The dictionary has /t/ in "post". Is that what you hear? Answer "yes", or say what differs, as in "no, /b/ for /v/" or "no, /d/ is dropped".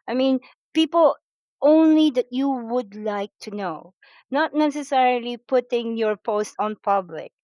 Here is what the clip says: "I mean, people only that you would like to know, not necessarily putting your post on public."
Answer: yes